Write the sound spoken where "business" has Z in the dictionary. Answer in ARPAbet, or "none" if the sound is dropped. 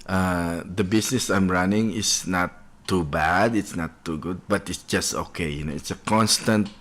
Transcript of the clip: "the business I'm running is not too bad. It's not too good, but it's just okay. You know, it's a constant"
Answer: S